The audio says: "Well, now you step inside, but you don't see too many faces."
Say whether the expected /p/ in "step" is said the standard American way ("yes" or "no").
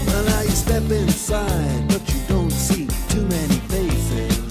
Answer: yes